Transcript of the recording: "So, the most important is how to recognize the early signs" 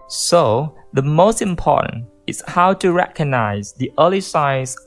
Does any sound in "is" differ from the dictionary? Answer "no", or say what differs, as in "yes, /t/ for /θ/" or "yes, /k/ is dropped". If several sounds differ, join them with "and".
yes, /s/ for /z/